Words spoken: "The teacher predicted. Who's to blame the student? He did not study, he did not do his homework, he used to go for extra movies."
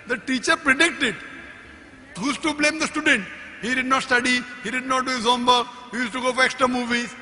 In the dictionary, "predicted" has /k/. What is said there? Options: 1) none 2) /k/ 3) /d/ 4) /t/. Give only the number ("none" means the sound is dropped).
2